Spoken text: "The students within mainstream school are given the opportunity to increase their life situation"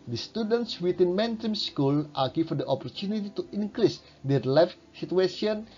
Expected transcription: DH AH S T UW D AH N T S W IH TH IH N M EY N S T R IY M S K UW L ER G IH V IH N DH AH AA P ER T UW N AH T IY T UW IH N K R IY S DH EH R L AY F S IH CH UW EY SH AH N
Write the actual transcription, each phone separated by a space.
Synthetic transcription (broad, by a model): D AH S T UW D AH N T S W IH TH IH N M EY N T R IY M S K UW L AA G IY F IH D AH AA P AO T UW N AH T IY T UW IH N K R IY S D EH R L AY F S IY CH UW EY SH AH N